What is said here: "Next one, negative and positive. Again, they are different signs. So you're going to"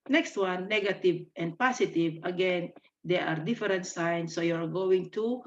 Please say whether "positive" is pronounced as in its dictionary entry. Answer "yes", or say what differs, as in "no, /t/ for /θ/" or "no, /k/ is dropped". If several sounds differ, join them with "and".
no, /s/ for /z/